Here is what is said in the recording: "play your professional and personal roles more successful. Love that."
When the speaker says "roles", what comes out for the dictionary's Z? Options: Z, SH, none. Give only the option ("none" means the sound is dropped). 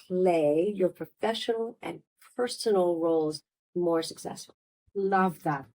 Z